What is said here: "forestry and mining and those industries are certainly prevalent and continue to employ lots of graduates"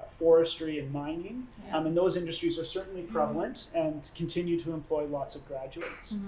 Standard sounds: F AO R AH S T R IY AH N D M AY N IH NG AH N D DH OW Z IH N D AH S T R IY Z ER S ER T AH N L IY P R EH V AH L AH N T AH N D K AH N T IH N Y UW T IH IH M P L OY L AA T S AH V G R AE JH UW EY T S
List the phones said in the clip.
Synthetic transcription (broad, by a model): F AO R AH S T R IY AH N M AY N IH NG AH N DH OW Z IH N D AH S T R IY Z ER S ER T N L IY P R EH V L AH N T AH N K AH N T IH N Y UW T IH IH M P L OY L AA T S AH V G R AE JH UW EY T S